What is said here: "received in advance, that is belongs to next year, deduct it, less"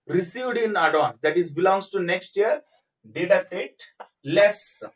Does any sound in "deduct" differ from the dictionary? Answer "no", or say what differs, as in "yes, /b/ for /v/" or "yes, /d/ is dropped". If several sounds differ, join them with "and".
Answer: yes, /k/ is dropped